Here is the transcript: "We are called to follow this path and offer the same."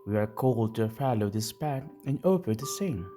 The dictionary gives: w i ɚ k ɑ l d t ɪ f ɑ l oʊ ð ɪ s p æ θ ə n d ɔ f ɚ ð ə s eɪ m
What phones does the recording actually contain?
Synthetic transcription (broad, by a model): w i ɚ k ɑ l d t ɪ f ɑ l oʊ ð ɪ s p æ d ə n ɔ p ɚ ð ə s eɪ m